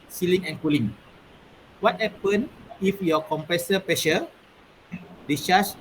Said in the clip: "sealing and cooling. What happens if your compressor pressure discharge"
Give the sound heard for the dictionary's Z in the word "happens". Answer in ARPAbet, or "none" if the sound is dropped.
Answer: none